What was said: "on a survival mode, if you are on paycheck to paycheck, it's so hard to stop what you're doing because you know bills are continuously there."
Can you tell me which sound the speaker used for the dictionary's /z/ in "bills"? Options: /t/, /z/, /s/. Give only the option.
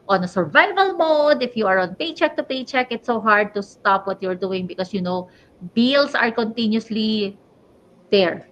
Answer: /s/